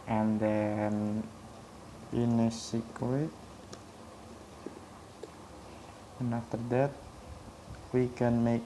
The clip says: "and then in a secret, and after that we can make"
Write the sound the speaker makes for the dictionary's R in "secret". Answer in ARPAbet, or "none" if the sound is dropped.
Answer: W